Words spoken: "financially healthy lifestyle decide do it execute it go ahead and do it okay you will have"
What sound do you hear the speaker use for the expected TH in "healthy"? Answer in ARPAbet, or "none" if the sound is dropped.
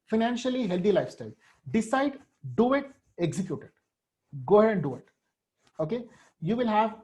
T